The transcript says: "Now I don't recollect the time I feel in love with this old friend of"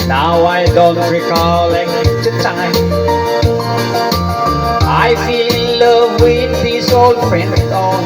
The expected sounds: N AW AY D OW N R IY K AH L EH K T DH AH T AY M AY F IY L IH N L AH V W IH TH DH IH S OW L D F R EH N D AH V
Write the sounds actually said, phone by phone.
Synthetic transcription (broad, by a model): N AW AY D OW N R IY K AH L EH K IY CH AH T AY AY F IY L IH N L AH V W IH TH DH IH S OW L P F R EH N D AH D